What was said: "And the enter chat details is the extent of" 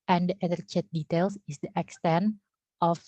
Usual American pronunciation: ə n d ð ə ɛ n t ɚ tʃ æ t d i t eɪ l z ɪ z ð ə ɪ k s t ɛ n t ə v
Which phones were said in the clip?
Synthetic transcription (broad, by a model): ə n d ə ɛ t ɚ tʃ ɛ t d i t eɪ l s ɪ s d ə ɪ k s t ɛ n t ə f